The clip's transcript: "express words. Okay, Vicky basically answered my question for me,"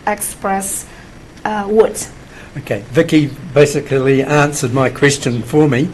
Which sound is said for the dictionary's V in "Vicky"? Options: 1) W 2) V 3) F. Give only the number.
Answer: 2